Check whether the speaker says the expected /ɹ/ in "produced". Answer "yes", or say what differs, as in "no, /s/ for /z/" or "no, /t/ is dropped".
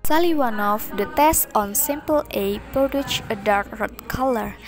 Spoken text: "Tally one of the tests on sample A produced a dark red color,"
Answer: no, /ɹ/ is dropped